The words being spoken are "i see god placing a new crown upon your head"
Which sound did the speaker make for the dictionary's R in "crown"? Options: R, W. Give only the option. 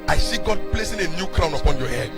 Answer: R